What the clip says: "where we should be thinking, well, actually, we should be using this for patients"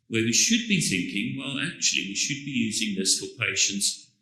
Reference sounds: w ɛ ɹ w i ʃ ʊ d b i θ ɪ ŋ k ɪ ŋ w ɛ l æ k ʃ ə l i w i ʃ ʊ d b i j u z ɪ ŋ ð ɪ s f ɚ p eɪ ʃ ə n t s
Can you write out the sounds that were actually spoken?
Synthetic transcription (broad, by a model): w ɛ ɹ w i ʃ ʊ d b i θ ɪ ŋ k ɪ ŋ w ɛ l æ k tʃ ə l i w i ʃ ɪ d b i j u z ɪ ŋ ð ɪ s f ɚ p eɪ ʃ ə n t s